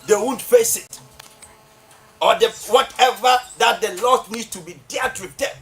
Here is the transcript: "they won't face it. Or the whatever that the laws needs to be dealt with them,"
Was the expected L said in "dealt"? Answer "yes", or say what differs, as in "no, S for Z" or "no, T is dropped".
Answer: no, L is dropped